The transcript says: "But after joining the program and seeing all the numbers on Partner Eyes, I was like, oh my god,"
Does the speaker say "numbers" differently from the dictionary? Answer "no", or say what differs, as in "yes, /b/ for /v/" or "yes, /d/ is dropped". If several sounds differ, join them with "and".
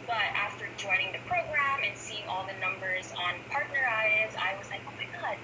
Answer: no